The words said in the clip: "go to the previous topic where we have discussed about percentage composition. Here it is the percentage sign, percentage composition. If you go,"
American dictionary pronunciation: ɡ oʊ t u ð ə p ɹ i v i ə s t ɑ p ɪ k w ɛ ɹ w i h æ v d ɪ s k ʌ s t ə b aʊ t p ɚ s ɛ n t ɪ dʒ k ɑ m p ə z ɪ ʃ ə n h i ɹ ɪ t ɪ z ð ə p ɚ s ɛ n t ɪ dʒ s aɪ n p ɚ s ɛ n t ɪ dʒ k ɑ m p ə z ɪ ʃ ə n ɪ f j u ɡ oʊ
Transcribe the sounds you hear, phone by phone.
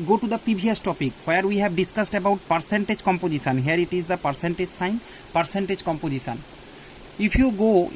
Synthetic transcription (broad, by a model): ɡ oʊ t u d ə p i b i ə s t ɑ p ɪ k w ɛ ɹ w i h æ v d ɪ s k ʌ s t ə b aʊ t p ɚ s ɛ n t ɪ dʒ k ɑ m p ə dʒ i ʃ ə n h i ɹ ɪ t ɪ z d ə p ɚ s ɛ n t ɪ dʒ s aɪ n p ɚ s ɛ n t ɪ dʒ k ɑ m p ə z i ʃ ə n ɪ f j u ɡ oʊ